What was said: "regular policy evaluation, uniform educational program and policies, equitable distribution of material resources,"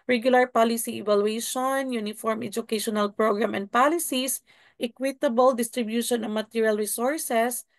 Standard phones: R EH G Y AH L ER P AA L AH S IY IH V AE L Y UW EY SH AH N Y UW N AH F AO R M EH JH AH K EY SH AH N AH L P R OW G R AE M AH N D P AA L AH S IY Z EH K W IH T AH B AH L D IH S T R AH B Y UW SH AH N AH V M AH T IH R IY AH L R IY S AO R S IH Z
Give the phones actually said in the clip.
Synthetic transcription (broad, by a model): R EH G Y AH L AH P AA L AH S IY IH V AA L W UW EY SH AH N Y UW N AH F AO R M EH JH AH K EY SH AH N AH L P R OW G R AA M AH N D P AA L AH S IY S EH K W IH T AH B AH L D IH S T R AH B Y UW SH AH N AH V M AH T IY R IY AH L R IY S AO R S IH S